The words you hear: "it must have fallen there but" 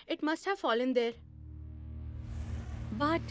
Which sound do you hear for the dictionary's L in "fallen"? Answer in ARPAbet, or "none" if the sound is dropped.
L